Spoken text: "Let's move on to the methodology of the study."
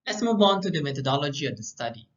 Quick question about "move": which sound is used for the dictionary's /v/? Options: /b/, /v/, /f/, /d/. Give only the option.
/b/